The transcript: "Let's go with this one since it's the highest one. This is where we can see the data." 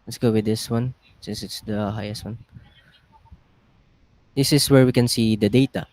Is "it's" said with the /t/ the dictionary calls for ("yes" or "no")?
yes